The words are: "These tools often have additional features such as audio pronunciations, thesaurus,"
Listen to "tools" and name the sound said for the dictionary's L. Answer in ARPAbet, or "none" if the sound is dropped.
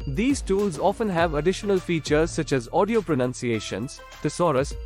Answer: L